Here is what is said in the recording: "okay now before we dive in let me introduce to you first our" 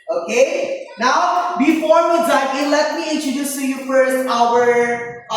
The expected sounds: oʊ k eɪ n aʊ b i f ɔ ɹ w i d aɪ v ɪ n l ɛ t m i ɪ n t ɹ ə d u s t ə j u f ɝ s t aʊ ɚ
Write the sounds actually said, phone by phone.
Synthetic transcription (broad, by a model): oʊ k eɪ n aʊ b i f ɔ ɹ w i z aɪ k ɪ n l ɛ t m i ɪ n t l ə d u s s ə j u f ɝ s t aʊ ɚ